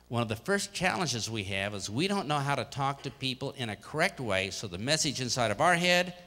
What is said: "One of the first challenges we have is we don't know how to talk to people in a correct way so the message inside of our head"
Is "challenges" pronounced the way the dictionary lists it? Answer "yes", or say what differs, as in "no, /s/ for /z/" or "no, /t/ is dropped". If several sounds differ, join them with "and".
yes